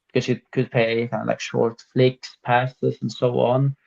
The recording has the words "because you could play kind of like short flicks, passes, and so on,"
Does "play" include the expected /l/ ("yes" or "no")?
no